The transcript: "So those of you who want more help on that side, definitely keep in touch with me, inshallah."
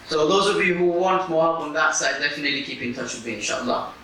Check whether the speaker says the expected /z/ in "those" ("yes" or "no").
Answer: yes